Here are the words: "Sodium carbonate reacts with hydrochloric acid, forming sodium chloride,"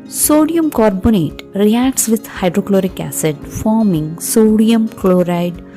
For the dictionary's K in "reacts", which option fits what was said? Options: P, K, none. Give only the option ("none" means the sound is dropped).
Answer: K